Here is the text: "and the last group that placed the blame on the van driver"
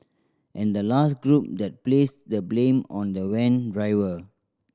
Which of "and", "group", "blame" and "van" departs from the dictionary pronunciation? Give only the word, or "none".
van